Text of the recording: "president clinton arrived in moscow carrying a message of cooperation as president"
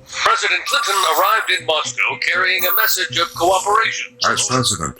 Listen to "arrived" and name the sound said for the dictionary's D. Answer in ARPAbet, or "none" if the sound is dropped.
D